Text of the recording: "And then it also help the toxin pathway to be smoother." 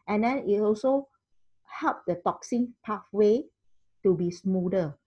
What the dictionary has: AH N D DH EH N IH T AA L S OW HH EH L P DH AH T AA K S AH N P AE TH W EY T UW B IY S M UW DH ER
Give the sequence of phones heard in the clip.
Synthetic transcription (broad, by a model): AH N D EH N IH T AA L S OW HH EH L P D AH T AA K S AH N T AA F W EY T UW B IY S M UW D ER